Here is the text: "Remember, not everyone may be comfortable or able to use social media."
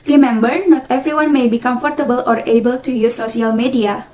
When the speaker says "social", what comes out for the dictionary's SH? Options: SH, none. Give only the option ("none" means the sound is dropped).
none